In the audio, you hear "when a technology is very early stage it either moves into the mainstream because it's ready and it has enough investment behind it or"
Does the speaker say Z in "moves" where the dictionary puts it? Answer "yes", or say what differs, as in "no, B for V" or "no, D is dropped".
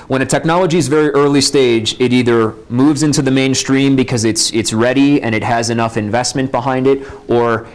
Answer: yes